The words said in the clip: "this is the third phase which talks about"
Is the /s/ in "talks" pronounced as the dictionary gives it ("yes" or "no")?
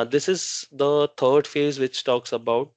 yes